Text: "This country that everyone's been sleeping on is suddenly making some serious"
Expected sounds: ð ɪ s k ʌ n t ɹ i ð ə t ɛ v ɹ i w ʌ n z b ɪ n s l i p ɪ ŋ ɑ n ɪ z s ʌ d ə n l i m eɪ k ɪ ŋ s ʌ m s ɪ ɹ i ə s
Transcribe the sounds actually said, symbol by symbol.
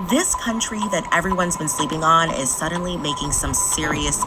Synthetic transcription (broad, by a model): ð ɪ s k ʌ n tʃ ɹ i ð ə t ɛ v ɹ i w ʌ n z b ɪ n s l i p ɪ ŋ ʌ n ɪ z s ʌ d n l i m eɪ k ɪ ŋ s ʌ m s ɪ ɹ i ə s